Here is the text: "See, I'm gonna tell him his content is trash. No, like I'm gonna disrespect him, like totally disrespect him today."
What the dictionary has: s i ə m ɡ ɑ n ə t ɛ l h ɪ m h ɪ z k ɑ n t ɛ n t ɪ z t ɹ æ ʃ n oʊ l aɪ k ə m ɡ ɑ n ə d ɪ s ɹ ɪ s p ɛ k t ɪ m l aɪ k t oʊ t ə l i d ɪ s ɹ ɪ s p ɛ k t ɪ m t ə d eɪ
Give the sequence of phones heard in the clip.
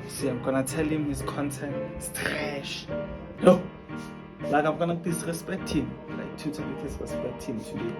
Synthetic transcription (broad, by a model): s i ə m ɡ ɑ n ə t ɛ l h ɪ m h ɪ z k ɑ n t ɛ n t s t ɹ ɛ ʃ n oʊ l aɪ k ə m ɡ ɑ n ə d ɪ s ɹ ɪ s p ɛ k t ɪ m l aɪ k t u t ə i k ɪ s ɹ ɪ s p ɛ k t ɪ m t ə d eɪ